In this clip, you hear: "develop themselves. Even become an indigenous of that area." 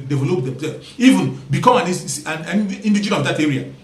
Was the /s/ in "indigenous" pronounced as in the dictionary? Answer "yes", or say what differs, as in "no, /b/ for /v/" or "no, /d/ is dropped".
no, /s/ is dropped